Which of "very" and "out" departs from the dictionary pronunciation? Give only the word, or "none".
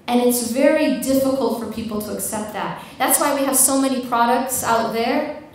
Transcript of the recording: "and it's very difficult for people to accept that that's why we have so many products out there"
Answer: none